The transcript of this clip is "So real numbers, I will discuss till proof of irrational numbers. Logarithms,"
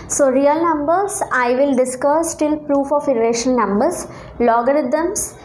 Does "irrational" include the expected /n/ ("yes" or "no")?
no